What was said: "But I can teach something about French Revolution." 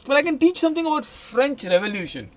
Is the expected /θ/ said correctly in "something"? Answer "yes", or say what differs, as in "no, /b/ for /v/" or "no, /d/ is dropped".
no, /t/ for /θ/